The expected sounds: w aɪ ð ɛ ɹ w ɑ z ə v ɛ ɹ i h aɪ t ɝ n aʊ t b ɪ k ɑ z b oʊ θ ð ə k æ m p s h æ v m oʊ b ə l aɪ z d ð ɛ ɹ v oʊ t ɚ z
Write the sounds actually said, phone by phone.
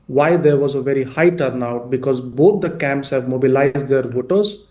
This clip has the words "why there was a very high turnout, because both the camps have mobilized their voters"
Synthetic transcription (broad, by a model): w aɪ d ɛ ɹ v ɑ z ə v ɛ ɹ i h aɪ t ɝ n aʊ t b ɪ k ɑ z b oʊ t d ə k æ m p s h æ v m oʊ b ə l aɪ z d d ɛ ɹ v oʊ t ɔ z